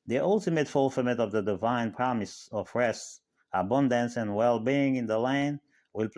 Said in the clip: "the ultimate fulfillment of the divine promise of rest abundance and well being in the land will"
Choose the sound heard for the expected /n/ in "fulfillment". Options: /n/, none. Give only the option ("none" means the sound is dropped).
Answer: none